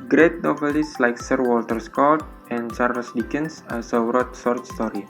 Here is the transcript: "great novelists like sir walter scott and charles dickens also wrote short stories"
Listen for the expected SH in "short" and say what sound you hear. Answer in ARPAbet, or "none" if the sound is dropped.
S